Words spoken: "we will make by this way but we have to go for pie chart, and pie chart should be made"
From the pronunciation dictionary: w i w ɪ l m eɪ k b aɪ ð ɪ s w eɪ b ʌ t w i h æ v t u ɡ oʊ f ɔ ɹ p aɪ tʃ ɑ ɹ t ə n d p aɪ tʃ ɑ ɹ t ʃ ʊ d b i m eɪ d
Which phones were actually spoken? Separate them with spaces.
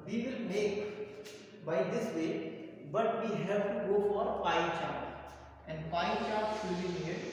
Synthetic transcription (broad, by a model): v i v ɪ l m eɪ k b aɪ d ɪ s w eɪ b ʌ t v i h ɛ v t u ɡ oʊ f ɔ ɹ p aɪ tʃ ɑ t ə n d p aɪ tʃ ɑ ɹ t s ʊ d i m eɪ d